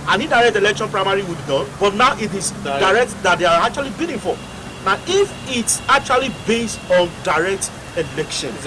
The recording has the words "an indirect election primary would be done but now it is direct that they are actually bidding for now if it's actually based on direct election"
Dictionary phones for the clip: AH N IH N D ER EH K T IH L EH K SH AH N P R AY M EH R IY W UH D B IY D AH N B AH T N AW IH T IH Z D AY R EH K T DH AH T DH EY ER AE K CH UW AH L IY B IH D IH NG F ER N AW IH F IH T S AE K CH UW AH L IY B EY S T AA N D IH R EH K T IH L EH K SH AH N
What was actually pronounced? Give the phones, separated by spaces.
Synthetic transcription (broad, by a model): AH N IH D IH EH K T IH L EH K SH AH N P R AY M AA R IY W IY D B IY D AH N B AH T N AW IH T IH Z D AY R EH K T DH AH T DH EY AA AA K CH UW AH L IY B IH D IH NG F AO N AW IH F IH T S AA K CH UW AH L IY B EY S T AA N D IH R EH K T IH L EH K SH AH N